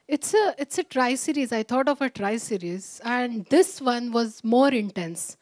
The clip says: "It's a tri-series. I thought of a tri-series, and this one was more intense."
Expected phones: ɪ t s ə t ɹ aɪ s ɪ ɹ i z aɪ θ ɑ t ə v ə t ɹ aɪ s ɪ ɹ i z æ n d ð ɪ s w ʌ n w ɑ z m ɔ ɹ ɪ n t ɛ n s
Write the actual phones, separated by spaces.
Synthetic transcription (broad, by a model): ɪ t s ə t ɹ aɪ s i ɹ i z aɪ t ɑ t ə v ə t ɹ aɪ s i ɹ i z æ n d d ɪ s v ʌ n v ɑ z m ɔ ɹ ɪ n t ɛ n s